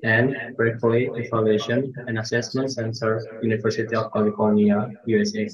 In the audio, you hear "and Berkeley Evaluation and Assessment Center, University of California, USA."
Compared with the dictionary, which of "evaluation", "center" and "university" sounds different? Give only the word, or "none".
evaluation